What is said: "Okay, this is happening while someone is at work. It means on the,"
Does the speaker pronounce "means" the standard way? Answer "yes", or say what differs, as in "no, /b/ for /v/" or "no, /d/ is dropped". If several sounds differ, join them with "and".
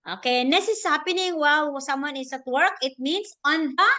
no, /s/ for /z/